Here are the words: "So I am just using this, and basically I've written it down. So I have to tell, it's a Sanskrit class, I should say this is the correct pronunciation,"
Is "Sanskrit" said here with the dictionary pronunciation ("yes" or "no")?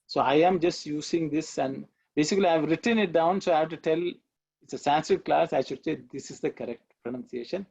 no